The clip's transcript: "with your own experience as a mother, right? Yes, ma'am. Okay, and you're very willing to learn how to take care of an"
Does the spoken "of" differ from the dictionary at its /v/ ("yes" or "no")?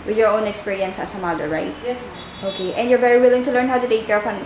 yes